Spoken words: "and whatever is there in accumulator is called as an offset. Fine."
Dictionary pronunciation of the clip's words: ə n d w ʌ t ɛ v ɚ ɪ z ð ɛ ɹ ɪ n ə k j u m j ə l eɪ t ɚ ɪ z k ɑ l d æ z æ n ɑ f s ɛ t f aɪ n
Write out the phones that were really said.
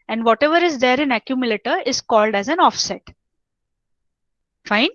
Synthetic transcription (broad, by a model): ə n d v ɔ t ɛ v ɚ ɪ z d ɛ ɹ ɪ n ə k j u m j ə l eɪ t ɚ ɪ z k ɑ l d æ z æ n ɑ f s ɛ t f aɪ n